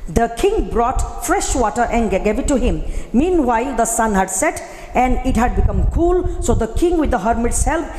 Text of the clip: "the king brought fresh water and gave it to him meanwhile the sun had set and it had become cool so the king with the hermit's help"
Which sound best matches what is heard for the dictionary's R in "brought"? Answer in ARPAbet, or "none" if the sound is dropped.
R